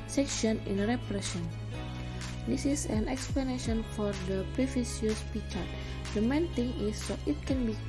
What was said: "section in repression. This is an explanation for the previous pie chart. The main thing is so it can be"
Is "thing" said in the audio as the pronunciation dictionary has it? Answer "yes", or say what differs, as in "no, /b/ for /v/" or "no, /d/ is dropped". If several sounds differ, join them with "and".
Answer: no, /t/ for /θ/